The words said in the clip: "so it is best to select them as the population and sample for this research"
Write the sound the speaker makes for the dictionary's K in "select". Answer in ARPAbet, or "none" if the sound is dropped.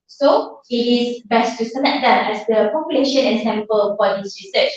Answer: none